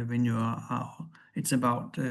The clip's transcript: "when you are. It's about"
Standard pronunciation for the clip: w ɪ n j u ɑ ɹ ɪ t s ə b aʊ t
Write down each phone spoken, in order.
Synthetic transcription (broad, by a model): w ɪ n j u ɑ l ɪ t s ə b aʊ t